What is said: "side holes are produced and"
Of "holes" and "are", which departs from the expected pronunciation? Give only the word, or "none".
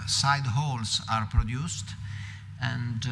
holes